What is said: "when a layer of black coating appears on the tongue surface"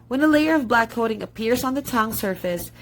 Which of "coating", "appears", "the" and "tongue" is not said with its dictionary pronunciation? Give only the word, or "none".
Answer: none